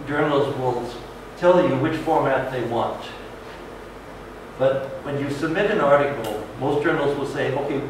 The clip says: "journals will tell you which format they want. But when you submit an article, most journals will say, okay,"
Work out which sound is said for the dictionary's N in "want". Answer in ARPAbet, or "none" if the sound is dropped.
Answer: N